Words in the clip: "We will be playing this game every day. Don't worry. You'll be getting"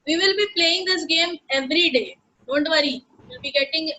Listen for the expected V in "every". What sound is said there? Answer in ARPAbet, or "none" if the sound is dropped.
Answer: V